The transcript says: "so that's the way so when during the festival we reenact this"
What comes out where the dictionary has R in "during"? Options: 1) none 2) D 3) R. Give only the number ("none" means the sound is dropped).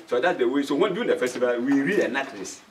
1